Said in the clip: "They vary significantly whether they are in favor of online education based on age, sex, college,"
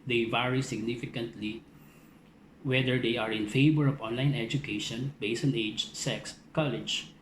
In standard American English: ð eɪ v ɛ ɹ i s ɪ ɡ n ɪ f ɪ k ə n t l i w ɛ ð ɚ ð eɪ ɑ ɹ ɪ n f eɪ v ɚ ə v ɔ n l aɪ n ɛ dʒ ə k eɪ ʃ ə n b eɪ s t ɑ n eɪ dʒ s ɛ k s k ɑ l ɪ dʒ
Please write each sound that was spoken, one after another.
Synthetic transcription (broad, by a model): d eɪ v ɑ ɹ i s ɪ ɡ n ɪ f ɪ k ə n t l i w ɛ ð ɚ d eɪ ɑ ɹ ɪ n f eɪ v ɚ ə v ɔ n l aɪ n ɛ dʒ ə k eɪ ʃ ə n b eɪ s ɑ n eɪ dʒ s ɛ k s k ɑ l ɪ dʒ